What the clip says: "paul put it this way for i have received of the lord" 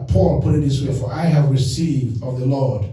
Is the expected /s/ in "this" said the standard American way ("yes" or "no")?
yes